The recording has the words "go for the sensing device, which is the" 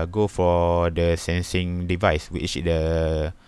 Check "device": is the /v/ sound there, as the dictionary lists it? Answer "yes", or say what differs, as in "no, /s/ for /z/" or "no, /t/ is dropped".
yes